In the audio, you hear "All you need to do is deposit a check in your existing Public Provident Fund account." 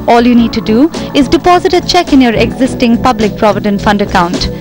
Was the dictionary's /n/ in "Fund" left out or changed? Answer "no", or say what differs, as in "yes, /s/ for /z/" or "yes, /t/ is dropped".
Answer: no